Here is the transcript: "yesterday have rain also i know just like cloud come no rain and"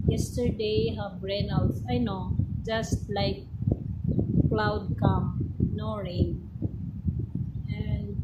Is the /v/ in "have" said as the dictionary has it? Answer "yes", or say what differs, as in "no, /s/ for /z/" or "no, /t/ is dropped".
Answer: no, /b/ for /v/